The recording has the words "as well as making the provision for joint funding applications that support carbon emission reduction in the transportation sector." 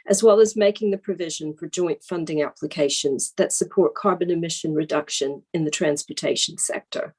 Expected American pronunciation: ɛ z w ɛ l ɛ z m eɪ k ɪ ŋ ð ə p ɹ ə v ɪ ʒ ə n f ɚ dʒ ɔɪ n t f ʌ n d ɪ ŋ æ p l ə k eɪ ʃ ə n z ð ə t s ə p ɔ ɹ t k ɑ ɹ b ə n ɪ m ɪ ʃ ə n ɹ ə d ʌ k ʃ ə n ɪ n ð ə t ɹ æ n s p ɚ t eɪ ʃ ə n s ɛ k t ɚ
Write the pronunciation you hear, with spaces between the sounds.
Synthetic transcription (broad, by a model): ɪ z w ɛ l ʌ z m eɪ k ɪ ŋ ð ə p ɹ ə v ɪ ʒ ə n f ɚ dʒ ɔɪ n t f ʌ n d ɪ ŋ æ p l ə k eɪ ʃ ə n z ð ə t s ə p ɔ ɹ t k ɑ ɹ b ə n ɪ m ɪ ʃ ə n ɹ ə d ʌ k ʃ ə n ɪ n ð ə t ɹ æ n s p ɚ t eɪ ʃ n s ɛ k t ɚ